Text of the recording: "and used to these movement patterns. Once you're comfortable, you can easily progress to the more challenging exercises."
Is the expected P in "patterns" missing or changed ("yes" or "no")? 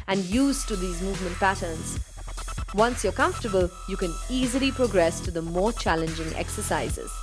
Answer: no